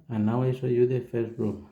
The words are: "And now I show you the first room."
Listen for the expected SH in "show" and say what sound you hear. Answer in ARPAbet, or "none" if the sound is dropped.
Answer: S